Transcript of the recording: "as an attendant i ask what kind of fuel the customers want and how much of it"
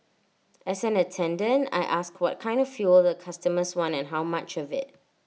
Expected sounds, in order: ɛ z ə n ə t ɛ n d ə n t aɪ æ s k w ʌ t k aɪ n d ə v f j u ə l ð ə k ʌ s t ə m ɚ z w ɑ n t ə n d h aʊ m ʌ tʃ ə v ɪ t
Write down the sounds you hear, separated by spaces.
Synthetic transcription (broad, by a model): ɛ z ə n ə t ɛ n d ə n t aɪ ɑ s k w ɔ t k aɪ n d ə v f j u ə l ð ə k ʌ s t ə m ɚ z w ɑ n ə n h aʊ m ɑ tʃ ə v ɪ t